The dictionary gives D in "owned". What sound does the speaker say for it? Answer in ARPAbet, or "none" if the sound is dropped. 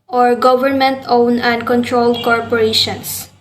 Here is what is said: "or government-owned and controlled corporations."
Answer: none